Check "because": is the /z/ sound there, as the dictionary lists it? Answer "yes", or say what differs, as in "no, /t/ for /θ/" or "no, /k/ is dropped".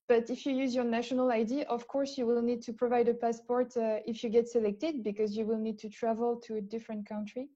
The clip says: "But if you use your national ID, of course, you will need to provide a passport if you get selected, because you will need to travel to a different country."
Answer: yes